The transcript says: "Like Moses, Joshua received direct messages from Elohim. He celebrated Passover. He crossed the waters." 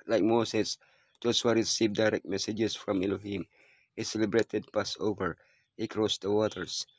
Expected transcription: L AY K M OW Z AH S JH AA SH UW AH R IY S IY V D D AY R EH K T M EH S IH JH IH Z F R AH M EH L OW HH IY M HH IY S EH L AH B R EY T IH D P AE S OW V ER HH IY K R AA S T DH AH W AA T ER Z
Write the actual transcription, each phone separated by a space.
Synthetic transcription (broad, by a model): L AY K M OW S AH S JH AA S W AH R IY S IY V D D AY R EH K T M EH S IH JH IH S F R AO M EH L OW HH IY M HH IY S EH L AH B R EY T IH D P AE S OW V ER HH IY K R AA S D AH W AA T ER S